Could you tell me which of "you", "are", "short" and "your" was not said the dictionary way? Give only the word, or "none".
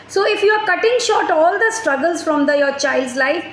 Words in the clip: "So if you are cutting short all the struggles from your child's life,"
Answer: none